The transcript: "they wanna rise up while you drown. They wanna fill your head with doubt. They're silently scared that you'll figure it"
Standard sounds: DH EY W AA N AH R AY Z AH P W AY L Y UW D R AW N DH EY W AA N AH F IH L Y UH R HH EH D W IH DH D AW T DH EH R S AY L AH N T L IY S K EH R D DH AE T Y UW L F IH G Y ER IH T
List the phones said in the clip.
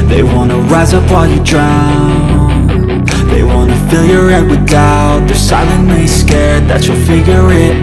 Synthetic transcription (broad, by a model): DH EY W AA N AH R AY Z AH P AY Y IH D R AW N DH EY W AA N AH F IH L Y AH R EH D W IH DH AW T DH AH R S AY L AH N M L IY S K EH R D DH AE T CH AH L F IH G Y ER IH T